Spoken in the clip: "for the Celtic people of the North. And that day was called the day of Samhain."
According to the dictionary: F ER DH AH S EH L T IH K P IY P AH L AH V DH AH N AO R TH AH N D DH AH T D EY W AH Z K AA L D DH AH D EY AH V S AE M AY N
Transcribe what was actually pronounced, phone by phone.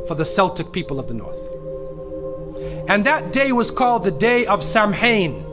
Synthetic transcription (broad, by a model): F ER DH AH S EH L T IH K P IY P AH L AH V DH AH N AO R TH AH N DH AH T D EY W AH Z K AA L D DH AH D EY AH V S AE M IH N